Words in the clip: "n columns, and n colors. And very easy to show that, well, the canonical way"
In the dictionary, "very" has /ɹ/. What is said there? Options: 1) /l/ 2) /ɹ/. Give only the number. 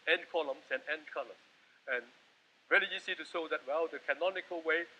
1